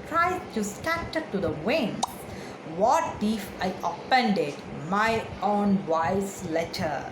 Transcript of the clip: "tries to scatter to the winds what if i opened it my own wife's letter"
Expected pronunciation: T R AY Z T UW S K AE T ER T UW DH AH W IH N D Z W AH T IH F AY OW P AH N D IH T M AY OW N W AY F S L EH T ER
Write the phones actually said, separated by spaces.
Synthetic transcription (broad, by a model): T R AY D T UW S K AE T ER T UW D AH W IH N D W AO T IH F AY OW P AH N D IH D M AY OW N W AY S L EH T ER